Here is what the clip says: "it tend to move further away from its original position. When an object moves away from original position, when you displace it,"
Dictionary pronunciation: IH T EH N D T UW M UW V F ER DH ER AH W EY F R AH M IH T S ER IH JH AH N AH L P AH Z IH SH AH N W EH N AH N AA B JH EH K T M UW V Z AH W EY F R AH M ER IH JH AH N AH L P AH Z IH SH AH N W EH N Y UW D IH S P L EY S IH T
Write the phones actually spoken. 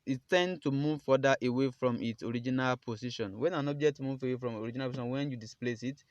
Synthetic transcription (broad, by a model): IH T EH N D T UW M UW V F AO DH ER AH W EY F R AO M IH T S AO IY JH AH N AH L P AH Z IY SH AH N W EH N AH N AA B JH EH K T M UW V AH W EY F R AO M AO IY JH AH N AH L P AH S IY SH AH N W EH N Y UW D IH S P L EY S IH T